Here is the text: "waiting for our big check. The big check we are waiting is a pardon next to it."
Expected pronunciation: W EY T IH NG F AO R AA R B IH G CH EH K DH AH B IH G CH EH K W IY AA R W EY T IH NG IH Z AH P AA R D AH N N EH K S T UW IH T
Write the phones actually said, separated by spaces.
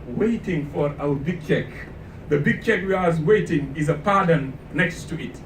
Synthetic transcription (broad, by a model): W EY T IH NG F AO R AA W B IH G CH EH K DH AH B IH G CH EH K W IY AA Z W EY T IH NG IH Z AH P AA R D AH N N EH K S T UW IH T